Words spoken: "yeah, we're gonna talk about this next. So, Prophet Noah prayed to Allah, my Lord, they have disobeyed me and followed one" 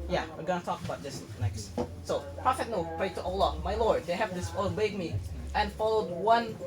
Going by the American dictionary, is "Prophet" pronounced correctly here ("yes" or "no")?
yes